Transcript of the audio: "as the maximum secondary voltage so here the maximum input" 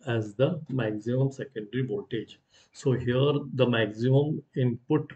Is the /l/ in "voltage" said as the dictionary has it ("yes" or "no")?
no